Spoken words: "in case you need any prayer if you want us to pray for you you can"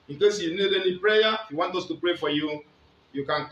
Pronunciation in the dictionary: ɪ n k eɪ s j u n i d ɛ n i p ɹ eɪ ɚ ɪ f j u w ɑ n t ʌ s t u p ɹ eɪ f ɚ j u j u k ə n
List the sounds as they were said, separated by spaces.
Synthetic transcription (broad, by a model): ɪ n k eɪ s j u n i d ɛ l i p ɹ eɪ ɪ f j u w ɑ n t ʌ s t u p ɹ eɪ f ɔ j u j u k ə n